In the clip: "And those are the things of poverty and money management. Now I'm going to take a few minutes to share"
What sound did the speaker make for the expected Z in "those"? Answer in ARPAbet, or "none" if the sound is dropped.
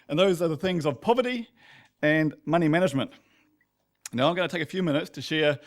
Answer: Z